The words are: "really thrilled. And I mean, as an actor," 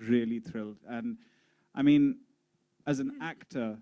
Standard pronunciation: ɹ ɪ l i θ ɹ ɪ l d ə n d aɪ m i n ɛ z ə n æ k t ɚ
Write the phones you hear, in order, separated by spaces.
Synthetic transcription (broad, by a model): ɹ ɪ l i θ ɹ ɪ l d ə n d aɪ m i n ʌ z ə n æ k t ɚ